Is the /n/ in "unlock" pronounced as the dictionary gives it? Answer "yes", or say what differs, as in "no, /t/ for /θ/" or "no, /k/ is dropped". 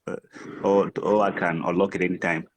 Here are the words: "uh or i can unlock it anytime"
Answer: no, /n/ is dropped